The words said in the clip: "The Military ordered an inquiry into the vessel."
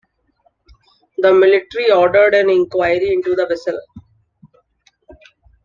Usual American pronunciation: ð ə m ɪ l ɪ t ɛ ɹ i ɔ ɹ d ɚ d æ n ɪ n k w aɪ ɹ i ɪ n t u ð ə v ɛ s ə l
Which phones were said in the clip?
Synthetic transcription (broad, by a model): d ə m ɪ l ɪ t ɹ i ɔ ɹ d ɚ d æ n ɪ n k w aɪ ɹ i ɪ n t u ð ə v ɛ s ə l